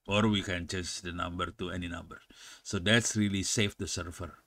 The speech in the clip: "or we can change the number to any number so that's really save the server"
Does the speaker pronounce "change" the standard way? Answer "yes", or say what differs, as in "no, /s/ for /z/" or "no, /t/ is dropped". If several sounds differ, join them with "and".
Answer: no, /n/ is dropped